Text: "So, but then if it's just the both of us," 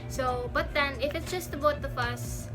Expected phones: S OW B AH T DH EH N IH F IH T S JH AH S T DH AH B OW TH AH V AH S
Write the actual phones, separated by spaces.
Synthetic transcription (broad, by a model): S OW B AH T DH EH N IH F IH T S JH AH S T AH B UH T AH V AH S